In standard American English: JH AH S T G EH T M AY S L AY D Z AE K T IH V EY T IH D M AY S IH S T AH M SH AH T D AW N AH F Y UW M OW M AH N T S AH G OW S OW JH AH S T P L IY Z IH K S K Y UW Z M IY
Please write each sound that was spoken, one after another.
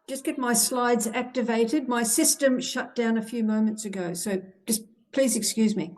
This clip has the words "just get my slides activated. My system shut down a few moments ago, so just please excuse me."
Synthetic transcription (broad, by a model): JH AH S G EH T M AY S L AY D Z AE K T IH V EY T IH D M AY S IH S T AH M SH AH T D AW N AH F Y UW M OW M AH N T S AH G OW S OW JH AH S P L IY Z IH K S K Y UW Z M IY